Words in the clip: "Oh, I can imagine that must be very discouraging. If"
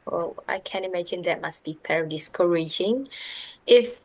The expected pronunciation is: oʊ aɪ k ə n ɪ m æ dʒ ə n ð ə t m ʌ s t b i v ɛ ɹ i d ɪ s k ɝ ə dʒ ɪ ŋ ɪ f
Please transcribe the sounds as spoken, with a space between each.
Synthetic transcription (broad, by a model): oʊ aɪ k ə n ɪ m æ dʒ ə n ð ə t m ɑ s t b i p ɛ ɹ d ɪ s k ɝ ə dʒ ɪ ŋ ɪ f